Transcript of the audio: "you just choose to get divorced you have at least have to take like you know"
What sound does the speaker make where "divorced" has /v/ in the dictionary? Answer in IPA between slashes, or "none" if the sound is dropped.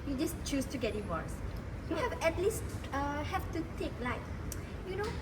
/w/